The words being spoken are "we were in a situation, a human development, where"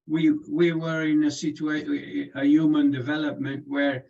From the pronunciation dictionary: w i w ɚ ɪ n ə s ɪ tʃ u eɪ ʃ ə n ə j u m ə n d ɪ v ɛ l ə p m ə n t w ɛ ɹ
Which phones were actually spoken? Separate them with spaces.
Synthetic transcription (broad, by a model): w i w ɚ ɪ n ə s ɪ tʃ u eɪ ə ə j u m ə n d ɪ v ɛ l ə p m ə n t w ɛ ɹ